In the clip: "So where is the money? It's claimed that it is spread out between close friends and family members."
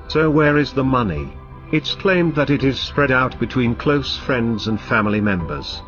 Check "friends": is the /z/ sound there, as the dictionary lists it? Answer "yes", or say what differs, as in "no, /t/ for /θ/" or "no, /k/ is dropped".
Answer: yes